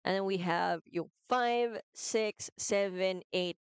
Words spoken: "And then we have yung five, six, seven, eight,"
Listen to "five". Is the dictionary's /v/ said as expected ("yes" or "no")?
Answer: yes